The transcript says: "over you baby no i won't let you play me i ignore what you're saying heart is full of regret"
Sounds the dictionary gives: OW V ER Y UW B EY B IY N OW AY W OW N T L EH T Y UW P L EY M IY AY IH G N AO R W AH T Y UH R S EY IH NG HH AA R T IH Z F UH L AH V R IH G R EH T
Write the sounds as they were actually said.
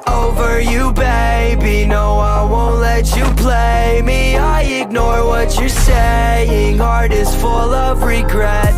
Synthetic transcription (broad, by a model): OW V ER Y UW B EY B IY N OW AY W OW N T L EH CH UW P L EY M IY AY IH G N AO R W AH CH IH S EY IH NG HH AA R T IH Z F UH L AH V R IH G R EH T